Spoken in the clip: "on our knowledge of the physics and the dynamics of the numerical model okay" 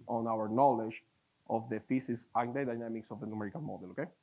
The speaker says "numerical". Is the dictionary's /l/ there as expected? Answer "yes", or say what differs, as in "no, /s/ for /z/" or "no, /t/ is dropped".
no, /n/ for /l/